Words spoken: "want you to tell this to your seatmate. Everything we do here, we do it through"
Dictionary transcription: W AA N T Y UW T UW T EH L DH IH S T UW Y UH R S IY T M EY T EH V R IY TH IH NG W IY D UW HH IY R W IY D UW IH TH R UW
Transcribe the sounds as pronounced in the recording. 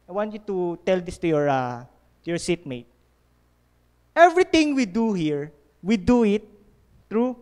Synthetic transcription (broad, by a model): W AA N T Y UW T UW T EH L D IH S T UW Y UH R S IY T M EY T EH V R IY T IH NG W IY D UW HH IY R W IY D UW IH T R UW